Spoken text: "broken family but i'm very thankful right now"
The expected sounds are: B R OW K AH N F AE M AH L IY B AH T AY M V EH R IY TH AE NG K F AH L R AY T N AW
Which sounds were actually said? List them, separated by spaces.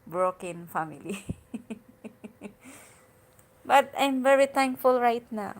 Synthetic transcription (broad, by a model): B R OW K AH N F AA M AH L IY B AH T AY M V EH R IY T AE NG K F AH L R AY T N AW